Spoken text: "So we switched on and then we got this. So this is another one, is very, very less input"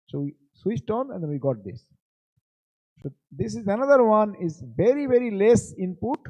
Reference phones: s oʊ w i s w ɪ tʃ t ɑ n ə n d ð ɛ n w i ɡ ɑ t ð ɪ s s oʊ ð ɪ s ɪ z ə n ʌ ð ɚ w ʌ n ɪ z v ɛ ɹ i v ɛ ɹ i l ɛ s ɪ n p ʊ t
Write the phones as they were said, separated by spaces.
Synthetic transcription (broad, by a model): s oʊ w i s w ɪ tʃ t ɑ n ə n d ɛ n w i ɡ ɑ t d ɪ s s oʊ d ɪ s ɪ z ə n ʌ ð ɚ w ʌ n ɪ z v ɛ ɹ i v ɛ ɹ i l ɛ s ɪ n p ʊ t